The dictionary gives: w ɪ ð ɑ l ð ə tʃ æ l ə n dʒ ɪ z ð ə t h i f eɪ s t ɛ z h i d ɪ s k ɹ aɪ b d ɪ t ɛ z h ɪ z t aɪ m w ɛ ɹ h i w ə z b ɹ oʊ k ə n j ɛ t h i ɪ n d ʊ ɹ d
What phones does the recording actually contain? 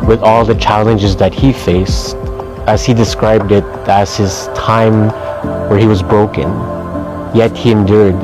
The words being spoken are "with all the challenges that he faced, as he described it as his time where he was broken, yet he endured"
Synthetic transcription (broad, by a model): w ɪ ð ɑ l ð ə tʃ æ l ə n dʒ ɪ z ð ə t h i f eɪ s t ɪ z h i d ɪ s k ɹ aɪ b d ɪ t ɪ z h ɪ z t aɪ m w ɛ ɹ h i w ə z b ɹ oʊ k ə n j ɛ t h i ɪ n d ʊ ɹ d